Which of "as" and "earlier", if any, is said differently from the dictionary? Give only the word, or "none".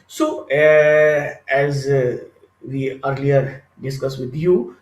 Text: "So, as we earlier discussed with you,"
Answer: none